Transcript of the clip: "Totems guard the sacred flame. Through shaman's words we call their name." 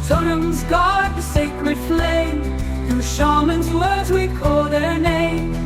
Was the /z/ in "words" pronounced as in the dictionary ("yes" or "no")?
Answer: yes